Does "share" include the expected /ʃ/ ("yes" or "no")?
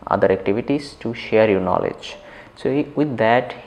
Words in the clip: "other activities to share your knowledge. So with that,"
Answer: yes